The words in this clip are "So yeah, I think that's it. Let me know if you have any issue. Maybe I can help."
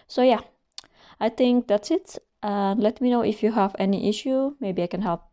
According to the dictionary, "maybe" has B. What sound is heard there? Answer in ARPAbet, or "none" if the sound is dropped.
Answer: B